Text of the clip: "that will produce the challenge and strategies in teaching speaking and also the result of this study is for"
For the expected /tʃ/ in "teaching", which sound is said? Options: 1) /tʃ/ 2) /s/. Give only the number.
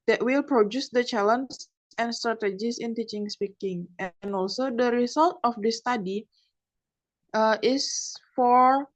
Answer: 1